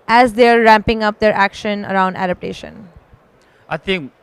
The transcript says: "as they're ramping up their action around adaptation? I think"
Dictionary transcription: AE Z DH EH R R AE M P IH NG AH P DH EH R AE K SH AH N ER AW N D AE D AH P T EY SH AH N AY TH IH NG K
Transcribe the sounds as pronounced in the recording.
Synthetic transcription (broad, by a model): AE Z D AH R R AE M P IH NG AH P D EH R AE K SH AH N ER AW N D AE D AH P T EY SH AH N AY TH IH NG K